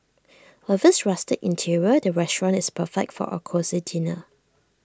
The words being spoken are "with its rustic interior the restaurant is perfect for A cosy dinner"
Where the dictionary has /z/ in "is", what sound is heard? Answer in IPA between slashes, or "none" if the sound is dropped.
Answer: /s/